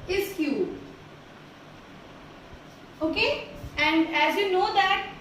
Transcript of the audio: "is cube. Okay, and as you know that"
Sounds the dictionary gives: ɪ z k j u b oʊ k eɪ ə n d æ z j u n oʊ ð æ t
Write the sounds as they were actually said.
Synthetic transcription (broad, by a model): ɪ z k j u oʊ k eɪ ə n d æ z j u n oʊ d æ t